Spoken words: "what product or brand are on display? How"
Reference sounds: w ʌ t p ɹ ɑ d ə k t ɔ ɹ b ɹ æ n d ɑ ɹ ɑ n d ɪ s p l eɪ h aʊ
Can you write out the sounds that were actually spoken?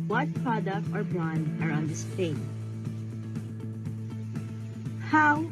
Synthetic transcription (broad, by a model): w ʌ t p ɹ ɑ d ə k t ɔ ɹ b ɑ n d ɑ ɹ ɑ n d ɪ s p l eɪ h aʊ